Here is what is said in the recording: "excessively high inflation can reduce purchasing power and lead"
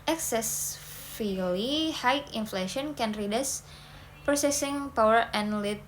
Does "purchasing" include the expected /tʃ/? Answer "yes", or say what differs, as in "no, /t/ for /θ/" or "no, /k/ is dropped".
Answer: no, /s/ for /tʃ/